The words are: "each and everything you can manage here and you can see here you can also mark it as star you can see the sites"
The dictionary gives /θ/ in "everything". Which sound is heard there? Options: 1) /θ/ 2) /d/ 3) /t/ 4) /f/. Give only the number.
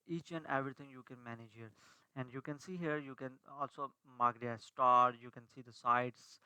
3